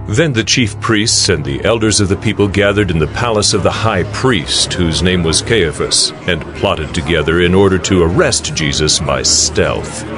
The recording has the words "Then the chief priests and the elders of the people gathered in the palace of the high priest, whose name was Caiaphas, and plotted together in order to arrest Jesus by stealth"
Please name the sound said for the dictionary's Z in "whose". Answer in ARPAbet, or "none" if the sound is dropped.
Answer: Z